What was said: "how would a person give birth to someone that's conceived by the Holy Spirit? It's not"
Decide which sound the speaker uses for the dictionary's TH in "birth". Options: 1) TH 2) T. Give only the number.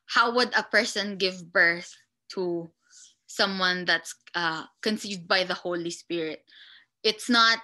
1